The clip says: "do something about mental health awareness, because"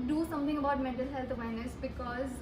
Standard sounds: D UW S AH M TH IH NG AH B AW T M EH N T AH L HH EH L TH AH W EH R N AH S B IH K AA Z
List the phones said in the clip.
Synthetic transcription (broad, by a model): D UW S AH M T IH NG AH B AW T M EH N T AH L HH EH L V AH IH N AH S B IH K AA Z